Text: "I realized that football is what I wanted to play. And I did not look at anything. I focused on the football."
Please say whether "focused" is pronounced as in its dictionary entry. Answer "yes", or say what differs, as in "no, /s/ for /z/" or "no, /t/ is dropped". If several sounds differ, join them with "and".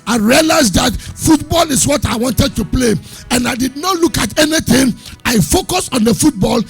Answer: no, /t/ is dropped